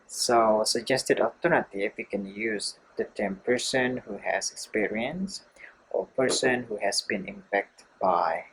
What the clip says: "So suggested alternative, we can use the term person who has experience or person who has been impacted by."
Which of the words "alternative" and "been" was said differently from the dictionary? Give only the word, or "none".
alternative